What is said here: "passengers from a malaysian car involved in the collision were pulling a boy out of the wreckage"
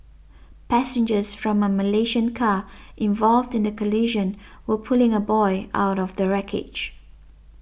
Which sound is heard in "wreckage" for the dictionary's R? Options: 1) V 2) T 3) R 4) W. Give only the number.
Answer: 3